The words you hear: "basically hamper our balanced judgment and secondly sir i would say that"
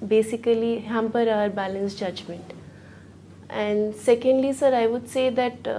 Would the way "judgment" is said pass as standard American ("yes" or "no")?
yes